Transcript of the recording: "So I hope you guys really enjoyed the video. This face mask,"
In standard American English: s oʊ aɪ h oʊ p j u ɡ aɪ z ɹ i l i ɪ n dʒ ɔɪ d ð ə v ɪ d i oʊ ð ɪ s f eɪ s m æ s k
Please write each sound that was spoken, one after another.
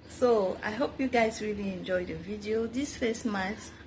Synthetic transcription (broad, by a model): s oʊ aɪ h oʊ p j u ɡ aɪ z ɹ i l i ɪ n dʒ ɔɪ d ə v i d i oʊ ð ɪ s f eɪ s m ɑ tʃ